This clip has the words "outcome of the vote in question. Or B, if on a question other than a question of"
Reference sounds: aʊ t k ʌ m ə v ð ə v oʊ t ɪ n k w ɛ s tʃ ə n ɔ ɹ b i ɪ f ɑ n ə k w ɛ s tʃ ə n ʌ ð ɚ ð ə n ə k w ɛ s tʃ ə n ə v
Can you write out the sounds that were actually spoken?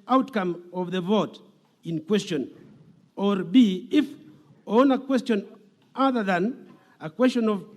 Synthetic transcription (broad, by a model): aʊ t k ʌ m ə v ð ə v oʊ t ɪ n k w ɛ s tʃ ə n ɔ ɹ b i ɪ f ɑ n ə k w ɛ s tʃ ə n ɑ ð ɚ ð ə n ə k w ɛ s tʃ ə n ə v